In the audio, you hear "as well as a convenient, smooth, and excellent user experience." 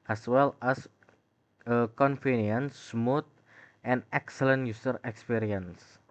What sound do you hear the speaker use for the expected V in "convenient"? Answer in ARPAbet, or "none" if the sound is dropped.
F